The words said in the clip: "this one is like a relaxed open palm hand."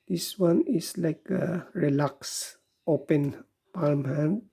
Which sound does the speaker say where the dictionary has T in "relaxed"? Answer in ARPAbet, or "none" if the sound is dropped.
none